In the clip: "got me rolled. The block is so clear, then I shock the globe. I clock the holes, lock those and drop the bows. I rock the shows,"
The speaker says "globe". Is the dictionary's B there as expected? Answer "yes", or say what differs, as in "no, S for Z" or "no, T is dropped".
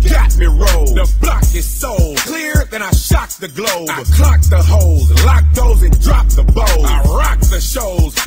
no, B is dropped